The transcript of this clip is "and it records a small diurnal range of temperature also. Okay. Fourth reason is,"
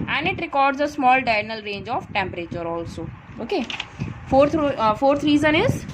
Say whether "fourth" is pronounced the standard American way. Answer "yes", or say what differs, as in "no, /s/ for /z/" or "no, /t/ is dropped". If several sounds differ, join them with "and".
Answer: no, /f/ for /θ/